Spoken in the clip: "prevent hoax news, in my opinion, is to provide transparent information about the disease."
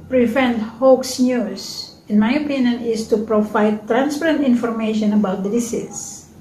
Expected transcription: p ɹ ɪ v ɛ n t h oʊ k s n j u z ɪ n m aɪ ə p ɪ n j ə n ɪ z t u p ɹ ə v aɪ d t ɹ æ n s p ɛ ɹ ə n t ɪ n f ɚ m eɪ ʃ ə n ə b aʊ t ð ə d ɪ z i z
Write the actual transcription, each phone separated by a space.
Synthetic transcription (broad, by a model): p ɹ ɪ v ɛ n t h oʊ k s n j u s ɪ n m aɪ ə p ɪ n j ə n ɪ s t u p ɹ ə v aɪ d t ɹ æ n s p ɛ ɹ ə n t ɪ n f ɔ m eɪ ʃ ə n ə b aʊ t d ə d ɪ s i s